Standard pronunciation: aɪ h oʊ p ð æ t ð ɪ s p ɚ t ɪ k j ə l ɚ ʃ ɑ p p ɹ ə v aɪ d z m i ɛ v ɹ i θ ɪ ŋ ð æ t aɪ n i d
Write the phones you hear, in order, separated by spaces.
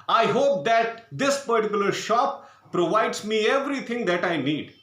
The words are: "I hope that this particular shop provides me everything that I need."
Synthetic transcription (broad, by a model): aɪ h oʊ p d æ t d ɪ s p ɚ t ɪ k j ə l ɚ ʃ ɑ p p ɹ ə v aɪ d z m i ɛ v ɹ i t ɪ ŋ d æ t aɪ n i d